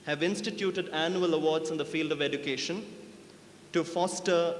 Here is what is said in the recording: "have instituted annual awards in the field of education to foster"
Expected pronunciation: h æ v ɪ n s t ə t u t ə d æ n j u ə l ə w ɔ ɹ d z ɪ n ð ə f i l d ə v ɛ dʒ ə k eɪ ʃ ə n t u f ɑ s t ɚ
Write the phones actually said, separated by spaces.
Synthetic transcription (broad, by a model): h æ v ɪ n s t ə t u t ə d æ n j u ə l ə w ɔ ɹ d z ɪ n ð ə f i l d ə v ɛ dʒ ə k eɪ ʃ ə n t u f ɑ s t ɚ